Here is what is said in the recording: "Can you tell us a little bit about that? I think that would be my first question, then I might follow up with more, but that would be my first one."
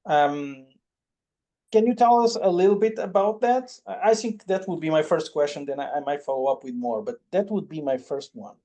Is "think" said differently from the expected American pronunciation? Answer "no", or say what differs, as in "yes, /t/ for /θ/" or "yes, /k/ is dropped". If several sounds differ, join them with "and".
no